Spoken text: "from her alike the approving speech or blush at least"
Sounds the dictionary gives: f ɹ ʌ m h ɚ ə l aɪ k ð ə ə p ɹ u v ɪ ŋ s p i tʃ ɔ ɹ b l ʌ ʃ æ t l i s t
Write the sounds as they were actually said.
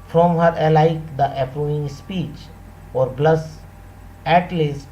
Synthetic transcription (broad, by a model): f ɹ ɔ m h ɚ ə l aɪ k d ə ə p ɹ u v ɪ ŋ s p i tʃ ɔ ɹ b l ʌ s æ t l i s t